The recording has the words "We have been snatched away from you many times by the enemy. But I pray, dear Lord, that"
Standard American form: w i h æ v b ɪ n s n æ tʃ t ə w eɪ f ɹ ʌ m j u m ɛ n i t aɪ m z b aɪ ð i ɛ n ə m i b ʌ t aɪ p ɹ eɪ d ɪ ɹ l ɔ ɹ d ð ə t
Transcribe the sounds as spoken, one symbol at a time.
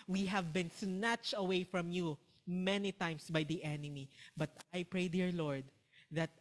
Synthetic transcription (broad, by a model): w i h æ v b ɪ n s n æ tʃ t ə w eɪ f ɹ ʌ m j u m ɛ n i t aɪ m s b aɪ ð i ɛ n ə m i b ʌ t aɪ p ɹ eɪ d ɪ ɹ l ɔ ɹ d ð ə t